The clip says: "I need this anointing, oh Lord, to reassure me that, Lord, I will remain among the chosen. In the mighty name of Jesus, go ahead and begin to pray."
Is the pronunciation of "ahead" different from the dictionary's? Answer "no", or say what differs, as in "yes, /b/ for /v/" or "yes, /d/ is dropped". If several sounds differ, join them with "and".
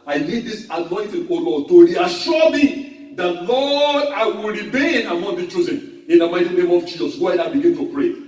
yes, /d/ is dropped